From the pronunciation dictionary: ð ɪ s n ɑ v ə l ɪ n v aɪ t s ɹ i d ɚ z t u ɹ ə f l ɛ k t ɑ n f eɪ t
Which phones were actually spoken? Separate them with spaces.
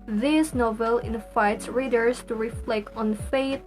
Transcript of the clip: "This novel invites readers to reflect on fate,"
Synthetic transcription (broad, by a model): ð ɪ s n ɑ v ə l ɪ n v aɪ t s ɹ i d ɚ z t u ɹ ə f l ɛ k t ɑ n f eɪ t